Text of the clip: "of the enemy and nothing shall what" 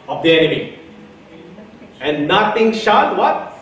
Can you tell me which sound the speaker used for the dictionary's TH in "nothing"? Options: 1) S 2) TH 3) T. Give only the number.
3